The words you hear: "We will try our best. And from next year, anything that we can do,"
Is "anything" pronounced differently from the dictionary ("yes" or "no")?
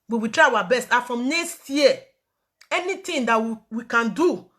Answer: yes